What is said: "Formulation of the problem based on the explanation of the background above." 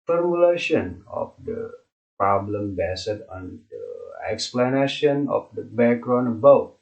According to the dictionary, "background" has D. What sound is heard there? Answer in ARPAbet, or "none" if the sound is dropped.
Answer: none